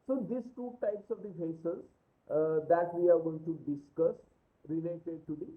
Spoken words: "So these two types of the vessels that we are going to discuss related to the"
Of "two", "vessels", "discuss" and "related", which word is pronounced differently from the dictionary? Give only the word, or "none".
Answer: vessels